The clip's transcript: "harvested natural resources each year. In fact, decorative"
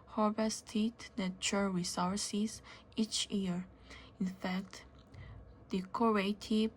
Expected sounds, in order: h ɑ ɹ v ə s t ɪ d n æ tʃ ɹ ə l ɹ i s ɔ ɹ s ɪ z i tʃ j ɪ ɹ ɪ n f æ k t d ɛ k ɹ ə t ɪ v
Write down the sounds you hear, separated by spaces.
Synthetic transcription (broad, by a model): h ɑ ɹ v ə s t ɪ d n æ tʃ ə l ɹ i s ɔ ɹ s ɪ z i tʃ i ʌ ɹ ɪ n f æ k t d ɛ k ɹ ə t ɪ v